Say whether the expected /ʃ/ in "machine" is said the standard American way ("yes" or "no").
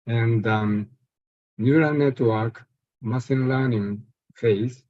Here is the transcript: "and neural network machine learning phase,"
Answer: no